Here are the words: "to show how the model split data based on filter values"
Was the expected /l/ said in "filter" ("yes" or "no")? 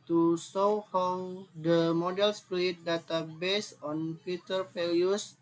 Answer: no